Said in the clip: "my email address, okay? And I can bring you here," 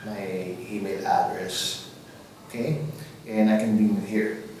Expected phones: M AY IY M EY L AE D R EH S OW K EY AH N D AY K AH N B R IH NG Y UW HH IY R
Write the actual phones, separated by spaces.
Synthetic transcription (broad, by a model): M AY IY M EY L AE D R EH S OW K EY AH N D AY K AH N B IY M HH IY R